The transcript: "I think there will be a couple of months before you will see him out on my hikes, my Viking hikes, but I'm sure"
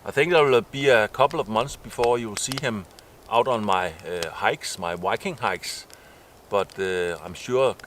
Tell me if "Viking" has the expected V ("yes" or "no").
no